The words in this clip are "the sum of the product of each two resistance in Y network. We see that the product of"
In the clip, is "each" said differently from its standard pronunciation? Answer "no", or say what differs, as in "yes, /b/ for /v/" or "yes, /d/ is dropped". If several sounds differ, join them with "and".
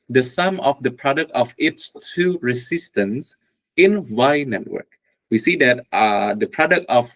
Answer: yes, /s/ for /tʃ/